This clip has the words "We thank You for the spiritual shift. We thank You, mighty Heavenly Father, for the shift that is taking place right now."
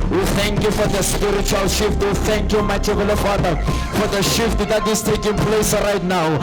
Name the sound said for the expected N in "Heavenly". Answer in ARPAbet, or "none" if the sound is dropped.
none